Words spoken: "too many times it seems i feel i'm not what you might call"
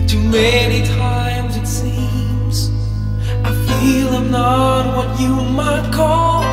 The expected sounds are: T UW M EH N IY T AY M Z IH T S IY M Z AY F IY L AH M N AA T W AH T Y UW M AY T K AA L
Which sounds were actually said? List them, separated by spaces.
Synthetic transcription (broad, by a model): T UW M EH N IY T AY M Z IH T S IY M Z AY F IY L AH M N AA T W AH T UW M AY T K AA L